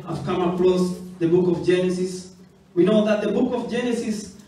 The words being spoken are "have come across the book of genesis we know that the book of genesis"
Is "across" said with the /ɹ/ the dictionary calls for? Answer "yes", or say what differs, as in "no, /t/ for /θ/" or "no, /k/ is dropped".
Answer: no, /l/ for /ɹ/